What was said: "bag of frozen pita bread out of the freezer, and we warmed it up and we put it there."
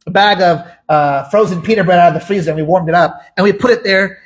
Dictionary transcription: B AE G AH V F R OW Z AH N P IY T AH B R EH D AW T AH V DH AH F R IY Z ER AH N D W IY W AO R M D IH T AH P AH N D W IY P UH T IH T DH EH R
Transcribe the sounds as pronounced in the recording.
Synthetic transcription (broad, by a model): B AE G AH V F R OW Z AH N P IY T AH B R EH D AW T AH V DH AH F R IY Z ER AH N W IY W AO R M D IH T AH P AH N W IY P UH T IH T DH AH R